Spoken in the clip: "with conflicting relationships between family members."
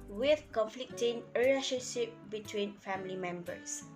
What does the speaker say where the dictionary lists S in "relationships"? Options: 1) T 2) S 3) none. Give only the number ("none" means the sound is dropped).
3